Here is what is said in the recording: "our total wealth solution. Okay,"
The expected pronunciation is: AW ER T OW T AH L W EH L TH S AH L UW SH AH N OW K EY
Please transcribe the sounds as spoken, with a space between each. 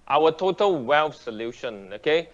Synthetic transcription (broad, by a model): AW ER T OW T AH L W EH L F S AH L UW SH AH N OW K EY